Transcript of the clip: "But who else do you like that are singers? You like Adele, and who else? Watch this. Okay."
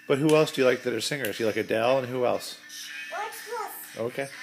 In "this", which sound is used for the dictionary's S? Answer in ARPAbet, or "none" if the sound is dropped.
none